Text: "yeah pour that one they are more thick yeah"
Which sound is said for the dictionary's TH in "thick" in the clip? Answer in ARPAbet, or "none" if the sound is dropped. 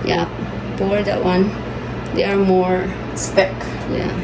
S